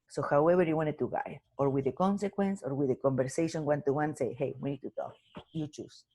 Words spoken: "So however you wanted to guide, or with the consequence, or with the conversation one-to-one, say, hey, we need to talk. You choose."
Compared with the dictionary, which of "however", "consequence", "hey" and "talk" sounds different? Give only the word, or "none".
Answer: however